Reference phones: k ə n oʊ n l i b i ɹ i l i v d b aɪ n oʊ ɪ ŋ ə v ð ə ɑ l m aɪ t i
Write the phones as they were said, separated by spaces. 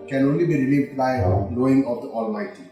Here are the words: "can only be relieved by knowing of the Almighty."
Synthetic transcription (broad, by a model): k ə n oʊ n l i b i ɹ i l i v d b aɪ l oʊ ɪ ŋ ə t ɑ l m aɪ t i